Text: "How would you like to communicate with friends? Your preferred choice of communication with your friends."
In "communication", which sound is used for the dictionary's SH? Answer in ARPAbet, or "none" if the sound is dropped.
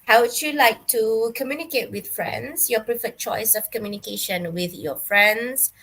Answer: SH